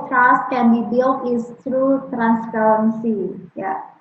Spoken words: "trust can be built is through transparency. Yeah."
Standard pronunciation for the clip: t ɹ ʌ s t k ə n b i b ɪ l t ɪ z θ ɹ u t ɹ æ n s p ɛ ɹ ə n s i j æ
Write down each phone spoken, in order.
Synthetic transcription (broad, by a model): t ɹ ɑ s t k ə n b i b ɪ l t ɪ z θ ɹ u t ɹ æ n s f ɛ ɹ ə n s i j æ